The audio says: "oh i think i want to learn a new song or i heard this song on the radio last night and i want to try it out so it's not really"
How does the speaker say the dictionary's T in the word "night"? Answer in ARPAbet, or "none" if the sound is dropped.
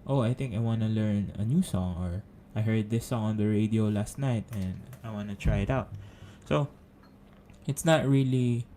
T